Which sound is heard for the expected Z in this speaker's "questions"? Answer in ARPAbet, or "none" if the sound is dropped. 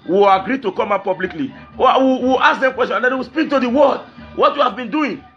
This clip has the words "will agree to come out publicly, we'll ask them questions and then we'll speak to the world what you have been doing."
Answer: none